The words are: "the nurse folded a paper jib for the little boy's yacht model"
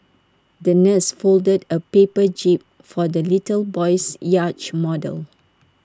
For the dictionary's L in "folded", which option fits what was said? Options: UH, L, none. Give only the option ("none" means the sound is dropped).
L